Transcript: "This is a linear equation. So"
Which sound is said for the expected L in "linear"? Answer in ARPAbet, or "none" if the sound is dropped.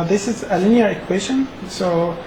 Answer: L